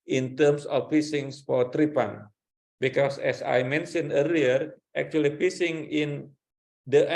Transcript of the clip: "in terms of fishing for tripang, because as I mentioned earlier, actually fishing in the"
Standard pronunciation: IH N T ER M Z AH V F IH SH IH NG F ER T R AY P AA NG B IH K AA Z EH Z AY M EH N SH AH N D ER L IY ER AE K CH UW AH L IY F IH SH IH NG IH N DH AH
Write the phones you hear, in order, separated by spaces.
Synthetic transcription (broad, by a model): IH N T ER M S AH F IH S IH NG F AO T R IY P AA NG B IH K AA S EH S AY M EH N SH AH N ER L IY ER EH K CH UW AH L IY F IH S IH NG IH N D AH